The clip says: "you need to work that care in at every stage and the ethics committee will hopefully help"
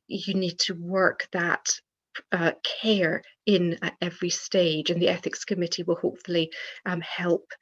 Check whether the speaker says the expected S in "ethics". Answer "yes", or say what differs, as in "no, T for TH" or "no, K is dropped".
yes